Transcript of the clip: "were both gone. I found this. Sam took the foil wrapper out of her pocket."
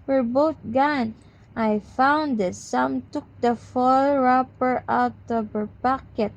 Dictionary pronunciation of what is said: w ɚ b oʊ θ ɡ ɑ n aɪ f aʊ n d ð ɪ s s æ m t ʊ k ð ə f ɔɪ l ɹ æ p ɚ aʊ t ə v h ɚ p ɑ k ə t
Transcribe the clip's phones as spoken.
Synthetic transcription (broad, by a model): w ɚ b oʊ t ɡ ɑ n aɪ f aʊ n d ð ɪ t s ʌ m t ʊ k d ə f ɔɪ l ɹ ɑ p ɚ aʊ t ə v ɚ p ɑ k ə t